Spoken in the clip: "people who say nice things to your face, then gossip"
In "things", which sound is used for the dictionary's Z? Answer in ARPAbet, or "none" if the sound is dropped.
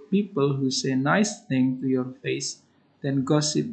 none